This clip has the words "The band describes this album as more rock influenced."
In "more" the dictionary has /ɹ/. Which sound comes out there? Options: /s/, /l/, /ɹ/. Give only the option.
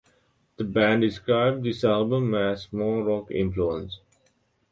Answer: /l/